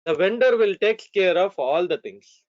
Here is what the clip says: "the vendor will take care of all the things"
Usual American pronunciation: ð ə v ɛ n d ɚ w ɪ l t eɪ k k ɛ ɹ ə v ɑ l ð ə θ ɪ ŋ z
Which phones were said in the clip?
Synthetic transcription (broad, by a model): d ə v ɛ n d ɚ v ɪ l t eɪ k k ɛ ɹ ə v ɑ l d ə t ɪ ŋ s